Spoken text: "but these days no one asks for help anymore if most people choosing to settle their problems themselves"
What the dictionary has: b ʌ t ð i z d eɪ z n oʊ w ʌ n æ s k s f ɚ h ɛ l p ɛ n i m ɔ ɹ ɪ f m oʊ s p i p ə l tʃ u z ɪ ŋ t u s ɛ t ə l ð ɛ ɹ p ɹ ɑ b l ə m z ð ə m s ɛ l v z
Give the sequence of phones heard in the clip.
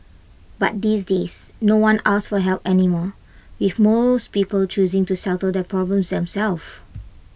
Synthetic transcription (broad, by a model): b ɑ t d i s d eɪ s n oʊ w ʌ n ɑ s s f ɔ h ɛ l p ɛ n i m ɔ w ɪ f m oʊ s p i p ə l tʃ u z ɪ ŋ t u s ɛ t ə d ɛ p ɹ ɑ b l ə m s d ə m s ɛ l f